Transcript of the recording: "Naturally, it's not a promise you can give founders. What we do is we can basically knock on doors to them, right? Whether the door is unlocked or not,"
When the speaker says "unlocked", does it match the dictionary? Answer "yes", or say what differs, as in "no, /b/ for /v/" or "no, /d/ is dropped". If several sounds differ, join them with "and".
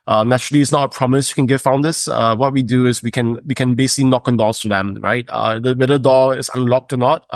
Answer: yes